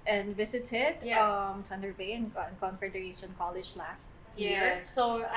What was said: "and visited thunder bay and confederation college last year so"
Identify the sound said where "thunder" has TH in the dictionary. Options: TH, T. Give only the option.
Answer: T